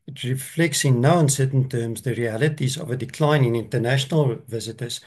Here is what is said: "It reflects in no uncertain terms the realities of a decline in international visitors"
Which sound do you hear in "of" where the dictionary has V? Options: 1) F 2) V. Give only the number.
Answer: 2